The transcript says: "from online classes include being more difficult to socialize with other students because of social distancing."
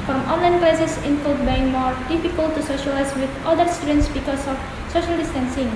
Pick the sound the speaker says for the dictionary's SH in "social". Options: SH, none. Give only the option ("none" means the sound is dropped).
SH